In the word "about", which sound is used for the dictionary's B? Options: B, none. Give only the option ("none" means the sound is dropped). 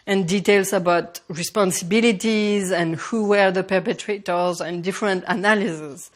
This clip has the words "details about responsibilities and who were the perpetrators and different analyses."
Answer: B